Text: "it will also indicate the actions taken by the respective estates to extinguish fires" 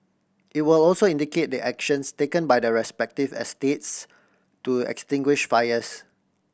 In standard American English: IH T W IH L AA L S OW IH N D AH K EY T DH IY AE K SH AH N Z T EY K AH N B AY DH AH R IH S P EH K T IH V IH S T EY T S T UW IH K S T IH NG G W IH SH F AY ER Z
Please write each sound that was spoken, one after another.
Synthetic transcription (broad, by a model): IH T W IH L AA L S OW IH N D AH K EY T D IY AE K SH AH N S T EY K AH N B AY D AH R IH S P EH K T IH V IH S T EY T S T UW IH K S T IH NG G W IH SH F AY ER S